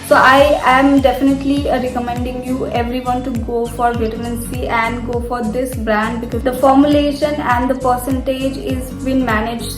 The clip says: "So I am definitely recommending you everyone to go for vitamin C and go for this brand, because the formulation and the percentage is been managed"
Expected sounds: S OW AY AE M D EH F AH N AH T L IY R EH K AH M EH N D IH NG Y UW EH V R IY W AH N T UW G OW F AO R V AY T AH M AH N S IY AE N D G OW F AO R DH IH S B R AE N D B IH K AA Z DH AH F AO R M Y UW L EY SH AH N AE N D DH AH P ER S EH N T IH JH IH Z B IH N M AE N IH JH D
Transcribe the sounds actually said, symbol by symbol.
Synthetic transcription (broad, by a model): S OW AY AE M D EH F AH N AH T L IY R EH K AH M EH N D IH NG Y UW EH V R IY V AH N T UW G OW F AO R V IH T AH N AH N S IY AE N D G OW F AO R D IH S B R AE N D B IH K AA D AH F AO R M Y UW L EY SH AH N AE N D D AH P ER S EH N T IH JH IH Z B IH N M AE N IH JH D